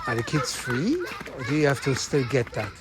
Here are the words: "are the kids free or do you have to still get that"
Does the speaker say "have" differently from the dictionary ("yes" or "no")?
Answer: yes